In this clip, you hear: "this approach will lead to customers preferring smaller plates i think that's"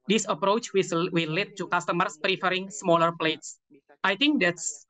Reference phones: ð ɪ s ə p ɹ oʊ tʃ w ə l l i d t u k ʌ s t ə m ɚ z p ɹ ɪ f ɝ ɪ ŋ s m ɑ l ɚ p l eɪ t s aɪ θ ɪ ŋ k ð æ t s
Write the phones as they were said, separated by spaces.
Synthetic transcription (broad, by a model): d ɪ s ə p ɹ oʊ tʃ w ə w l i d t u k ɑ s t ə m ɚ s p ɹ ɪ f ɝ ɪ ŋ s m ɑ l ɚ p l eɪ t s aɪ t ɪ ŋ k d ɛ t s